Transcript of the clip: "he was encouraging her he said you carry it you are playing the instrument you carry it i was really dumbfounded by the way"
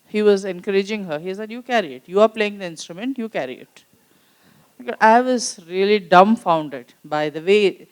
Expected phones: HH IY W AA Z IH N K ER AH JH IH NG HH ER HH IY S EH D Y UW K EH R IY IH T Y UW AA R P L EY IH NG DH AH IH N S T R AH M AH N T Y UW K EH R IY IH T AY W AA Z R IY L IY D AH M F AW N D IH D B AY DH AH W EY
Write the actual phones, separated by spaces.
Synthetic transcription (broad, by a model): HH IY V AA Z IH N K ER AH JH IH NG HH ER HH IY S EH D Y UW K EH R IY IH T Y UW AA R P L EY IH NG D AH IH N S T R AH M AH N T Y UW K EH R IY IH T AY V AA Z R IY L IY D AH M F AW N D IH D B AY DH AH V EY